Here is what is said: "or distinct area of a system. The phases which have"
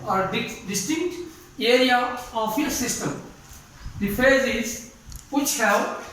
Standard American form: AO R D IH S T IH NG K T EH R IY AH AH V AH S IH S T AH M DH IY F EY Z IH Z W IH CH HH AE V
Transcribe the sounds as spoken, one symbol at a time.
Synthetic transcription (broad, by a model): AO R D IH S T IH NG K T EH R IY AH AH F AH S IH S T AH M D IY F EY Z IH Z W IH CH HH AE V